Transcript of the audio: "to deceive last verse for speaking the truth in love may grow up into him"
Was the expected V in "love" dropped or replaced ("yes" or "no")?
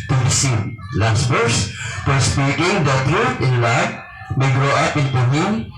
yes